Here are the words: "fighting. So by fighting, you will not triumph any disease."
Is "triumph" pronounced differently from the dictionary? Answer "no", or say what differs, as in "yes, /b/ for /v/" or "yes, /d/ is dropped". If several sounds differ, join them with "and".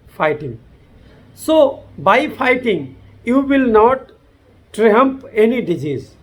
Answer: yes, /p/ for /f/